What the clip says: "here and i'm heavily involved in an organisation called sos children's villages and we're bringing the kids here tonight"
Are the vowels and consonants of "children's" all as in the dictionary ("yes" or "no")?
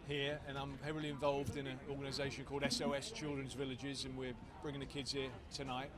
yes